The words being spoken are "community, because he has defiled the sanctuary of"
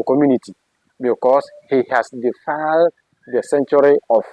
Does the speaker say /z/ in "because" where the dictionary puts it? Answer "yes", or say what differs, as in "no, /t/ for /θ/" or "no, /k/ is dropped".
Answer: no, /s/ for /z/